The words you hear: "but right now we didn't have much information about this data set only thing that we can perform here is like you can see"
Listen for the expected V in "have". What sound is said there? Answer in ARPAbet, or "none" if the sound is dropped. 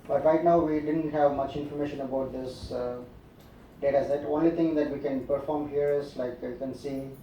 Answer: V